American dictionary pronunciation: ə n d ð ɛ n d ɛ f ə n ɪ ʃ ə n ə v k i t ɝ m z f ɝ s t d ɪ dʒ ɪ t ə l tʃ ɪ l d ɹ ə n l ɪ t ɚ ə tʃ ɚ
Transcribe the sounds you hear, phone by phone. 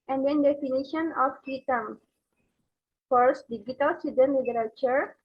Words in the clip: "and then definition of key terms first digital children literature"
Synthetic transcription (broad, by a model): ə n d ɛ n d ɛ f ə n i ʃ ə n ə f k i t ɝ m f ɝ s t d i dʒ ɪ t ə l s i d ə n l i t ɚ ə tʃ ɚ